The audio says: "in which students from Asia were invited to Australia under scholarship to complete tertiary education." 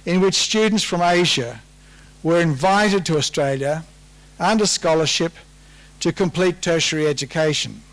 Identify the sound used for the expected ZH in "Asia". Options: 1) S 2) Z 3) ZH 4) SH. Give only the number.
3